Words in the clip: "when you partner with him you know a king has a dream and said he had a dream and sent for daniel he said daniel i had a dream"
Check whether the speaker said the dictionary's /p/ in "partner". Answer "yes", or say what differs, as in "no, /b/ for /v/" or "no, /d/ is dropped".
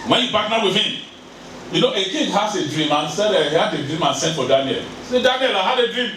no, /b/ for /p/